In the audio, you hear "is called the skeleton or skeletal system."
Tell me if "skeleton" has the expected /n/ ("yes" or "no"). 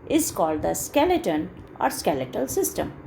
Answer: yes